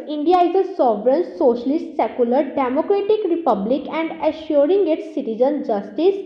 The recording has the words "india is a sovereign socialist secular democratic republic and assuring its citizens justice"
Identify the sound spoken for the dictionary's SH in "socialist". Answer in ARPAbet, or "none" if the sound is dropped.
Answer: SH